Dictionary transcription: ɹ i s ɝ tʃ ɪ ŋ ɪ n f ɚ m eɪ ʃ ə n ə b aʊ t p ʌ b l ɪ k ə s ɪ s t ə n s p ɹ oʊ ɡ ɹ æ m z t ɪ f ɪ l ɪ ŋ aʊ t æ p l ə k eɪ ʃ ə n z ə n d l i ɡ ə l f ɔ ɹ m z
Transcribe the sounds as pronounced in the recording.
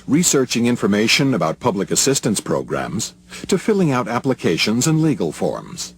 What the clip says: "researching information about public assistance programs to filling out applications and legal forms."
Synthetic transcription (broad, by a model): ɹ i s ɝ tʃ ɪ ŋ ɪ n f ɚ m eɪ ʃ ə n ə b aʊ t p ʌ b l ɪ k ə s ɪ s t ə n s p ɹ oʊ ɡ ɹ æ m z t ɪ f ɪ l ɪ ŋ aʊ t æ p l ə k eɪ ʃ ə n z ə n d l i ɡ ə l f ɔ ɹ m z